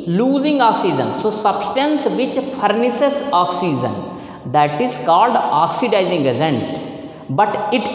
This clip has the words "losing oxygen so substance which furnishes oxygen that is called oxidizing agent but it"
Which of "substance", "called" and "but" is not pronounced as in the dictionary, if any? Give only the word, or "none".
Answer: none